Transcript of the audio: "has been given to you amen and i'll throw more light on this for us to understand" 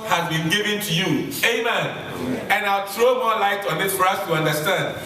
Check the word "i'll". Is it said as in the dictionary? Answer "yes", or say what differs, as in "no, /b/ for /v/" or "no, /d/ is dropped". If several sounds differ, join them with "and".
yes